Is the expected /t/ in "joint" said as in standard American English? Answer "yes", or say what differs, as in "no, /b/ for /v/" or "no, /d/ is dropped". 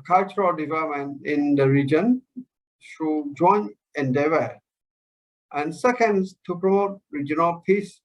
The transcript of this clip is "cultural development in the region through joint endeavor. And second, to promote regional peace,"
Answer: no, /t/ is dropped